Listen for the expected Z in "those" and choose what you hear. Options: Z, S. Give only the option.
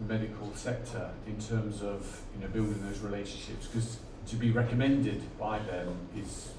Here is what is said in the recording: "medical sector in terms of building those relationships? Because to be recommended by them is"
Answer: Z